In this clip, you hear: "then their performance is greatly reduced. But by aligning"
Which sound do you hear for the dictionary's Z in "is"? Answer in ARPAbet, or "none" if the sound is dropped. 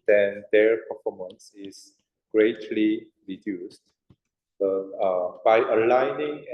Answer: S